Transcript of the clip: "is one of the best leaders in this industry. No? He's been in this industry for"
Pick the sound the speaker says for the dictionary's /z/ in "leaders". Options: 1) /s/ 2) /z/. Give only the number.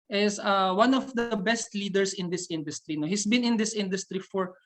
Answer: 1